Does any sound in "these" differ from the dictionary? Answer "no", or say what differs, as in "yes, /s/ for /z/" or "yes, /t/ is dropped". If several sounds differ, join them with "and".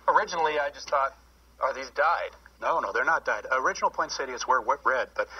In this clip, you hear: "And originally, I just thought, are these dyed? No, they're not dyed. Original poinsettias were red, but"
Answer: no